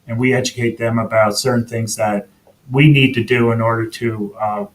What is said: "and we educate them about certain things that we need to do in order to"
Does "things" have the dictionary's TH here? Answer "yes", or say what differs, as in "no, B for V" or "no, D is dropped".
yes